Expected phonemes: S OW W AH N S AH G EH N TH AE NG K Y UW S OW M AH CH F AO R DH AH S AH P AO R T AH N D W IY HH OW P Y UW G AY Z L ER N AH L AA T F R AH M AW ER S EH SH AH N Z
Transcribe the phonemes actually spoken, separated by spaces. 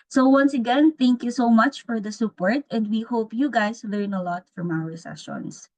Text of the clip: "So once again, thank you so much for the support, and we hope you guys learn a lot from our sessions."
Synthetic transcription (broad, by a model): S OW W AH N S AH G EH N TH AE NG K Y UW S OW M AH CH F AO R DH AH S AH P AO R T AH N D W IY HH OW P Y UW G AY S L ER N AH L AA T F R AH M AW ER S EH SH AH N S